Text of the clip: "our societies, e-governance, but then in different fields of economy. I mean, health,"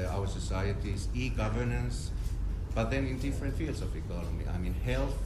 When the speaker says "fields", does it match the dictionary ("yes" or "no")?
no